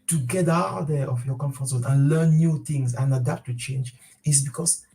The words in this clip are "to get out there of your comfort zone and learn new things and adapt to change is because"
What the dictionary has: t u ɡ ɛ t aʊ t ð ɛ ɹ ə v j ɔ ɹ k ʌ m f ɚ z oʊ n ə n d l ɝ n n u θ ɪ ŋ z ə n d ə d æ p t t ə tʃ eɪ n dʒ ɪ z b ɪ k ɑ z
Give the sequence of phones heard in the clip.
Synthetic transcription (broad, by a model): t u ɡ ɛ t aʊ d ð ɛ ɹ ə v j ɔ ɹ k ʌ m f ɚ s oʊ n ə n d l ɝ n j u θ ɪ ŋ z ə n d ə d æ p t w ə tʃ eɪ n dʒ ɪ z b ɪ k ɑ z